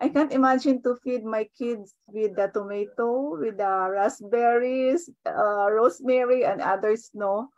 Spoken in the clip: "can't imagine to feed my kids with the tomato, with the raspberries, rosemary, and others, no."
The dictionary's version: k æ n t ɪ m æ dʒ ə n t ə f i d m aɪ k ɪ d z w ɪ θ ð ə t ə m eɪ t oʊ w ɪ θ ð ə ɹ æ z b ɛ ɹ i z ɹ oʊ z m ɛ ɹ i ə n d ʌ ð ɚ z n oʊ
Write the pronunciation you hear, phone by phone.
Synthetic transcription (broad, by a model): k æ n t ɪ m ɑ dʒ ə n t ə f i d m aɪ k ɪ d s w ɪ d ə t ə m eɪ t oʊ w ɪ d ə ɹ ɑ s b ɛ ɹ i s ɹ oʊ s m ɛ ɹ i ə n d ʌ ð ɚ s n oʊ